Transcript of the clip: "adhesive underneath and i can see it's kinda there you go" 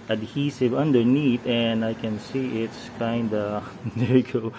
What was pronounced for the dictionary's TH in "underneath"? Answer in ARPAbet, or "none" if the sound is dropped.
T